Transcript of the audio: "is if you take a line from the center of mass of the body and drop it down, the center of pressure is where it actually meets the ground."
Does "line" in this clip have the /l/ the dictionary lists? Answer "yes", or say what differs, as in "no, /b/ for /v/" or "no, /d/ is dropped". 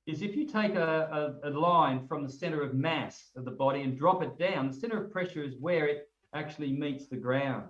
yes